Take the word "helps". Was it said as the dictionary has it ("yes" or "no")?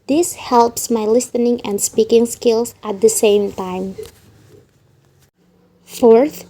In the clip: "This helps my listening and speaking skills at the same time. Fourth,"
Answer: yes